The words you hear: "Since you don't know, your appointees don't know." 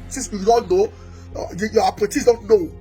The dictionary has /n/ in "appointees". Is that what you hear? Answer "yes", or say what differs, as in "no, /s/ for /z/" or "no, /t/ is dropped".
no, /n/ is dropped